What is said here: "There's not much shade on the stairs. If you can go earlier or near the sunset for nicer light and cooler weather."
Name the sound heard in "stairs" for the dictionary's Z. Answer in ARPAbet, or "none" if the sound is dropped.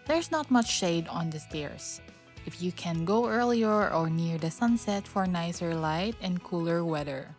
S